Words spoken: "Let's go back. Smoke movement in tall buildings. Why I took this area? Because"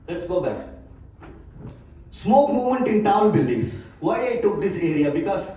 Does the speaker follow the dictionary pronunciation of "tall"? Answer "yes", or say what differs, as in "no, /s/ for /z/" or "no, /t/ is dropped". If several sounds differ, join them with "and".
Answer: no, /n/ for /l/